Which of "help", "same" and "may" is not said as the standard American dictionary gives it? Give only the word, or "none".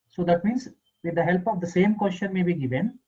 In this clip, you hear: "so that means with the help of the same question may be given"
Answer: none